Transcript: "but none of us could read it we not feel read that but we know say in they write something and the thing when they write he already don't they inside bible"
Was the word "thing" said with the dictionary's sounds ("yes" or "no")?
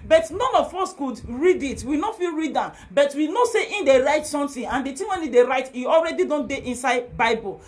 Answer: no